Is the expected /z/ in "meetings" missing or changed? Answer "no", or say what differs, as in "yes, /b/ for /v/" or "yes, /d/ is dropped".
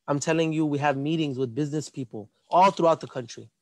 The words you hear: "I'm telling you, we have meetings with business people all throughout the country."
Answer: no